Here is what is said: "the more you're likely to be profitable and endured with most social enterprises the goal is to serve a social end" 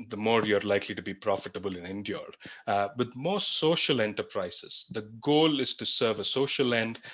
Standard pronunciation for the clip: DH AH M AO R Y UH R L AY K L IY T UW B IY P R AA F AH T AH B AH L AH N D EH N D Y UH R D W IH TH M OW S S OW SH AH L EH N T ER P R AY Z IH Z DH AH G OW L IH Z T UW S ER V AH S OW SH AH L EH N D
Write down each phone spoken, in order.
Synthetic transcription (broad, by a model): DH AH M AO R Y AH R L AY K L IY T UW B IY P R AA F AH T AH B AH L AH N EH N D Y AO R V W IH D M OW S S OW SH AH L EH N T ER P R AY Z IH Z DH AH G OW L IH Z T UW S ER V AH S OW SH AH L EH N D